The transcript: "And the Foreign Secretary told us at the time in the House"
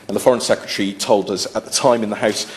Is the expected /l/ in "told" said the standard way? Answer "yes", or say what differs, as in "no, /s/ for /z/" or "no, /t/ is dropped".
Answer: yes